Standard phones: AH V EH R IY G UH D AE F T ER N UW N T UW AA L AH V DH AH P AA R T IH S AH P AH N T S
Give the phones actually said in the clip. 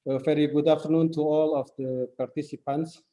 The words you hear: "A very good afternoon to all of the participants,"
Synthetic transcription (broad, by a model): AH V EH R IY G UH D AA F T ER N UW N T UW AA L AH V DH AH P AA R T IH S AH P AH N T S